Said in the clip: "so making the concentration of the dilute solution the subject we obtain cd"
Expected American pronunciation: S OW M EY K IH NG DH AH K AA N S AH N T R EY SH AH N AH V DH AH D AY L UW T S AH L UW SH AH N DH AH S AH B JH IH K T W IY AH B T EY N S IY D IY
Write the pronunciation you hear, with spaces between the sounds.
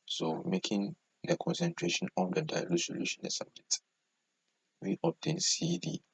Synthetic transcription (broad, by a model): S OW M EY K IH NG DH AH K AA N S AH N T R EY SH AH N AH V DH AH D AY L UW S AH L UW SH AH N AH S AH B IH T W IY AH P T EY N S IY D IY